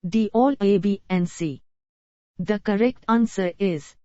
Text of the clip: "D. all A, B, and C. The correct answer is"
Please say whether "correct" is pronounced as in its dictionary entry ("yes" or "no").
yes